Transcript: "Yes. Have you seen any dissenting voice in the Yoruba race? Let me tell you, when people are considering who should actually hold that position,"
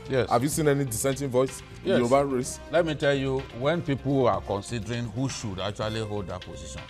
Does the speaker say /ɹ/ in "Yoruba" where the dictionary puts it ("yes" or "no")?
no